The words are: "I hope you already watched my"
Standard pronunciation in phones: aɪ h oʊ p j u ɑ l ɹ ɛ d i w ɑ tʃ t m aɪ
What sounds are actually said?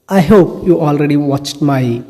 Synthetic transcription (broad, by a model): aɪ h oʊ p j u ɑ l ɹ ɛ d i w ɑ tʃ t m aɪ